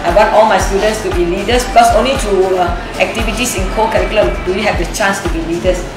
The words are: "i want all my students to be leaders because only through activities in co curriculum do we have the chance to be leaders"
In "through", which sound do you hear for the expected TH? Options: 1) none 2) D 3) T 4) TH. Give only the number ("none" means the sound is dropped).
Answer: 3